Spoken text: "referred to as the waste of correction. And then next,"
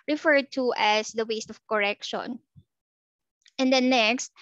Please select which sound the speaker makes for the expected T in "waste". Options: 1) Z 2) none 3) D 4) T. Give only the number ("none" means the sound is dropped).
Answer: 4